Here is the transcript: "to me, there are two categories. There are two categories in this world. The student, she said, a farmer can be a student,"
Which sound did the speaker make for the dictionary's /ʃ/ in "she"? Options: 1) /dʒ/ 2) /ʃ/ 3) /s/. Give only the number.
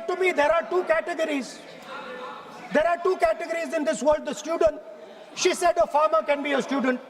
2